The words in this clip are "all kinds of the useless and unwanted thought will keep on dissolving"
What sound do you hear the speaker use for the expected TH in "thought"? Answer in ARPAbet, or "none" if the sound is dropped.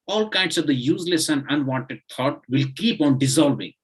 T